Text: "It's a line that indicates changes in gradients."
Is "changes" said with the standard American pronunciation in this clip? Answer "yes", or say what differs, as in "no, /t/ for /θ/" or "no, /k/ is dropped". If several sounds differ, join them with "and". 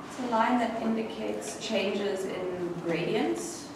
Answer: yes